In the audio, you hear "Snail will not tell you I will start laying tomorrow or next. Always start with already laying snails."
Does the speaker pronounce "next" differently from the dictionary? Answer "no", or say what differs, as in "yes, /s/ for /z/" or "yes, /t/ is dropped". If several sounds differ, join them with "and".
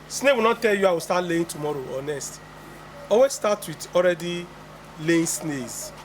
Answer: yes, /k/ is dropped